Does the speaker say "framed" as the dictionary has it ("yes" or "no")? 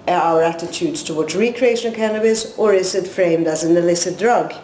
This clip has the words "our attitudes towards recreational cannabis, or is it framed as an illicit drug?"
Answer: yes